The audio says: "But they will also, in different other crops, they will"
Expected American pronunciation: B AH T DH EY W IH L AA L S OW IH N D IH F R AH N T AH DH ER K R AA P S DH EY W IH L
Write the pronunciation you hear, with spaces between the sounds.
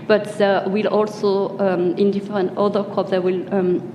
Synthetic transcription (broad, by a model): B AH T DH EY W IH L AA L S OW IH N D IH F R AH N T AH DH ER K AA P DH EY W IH L